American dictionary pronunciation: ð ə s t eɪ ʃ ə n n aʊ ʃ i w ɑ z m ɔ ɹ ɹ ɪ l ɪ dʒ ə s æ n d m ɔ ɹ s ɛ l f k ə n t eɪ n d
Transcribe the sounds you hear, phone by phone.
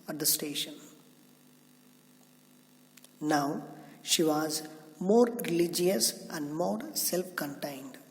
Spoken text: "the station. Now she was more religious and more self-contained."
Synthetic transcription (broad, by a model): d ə s t eɪ ʃ ə n n aʊ ʃ i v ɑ z m ɔ ɹ ɹ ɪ l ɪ dʒ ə s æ n d m ɔ ɹ s ɛ l f k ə n t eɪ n d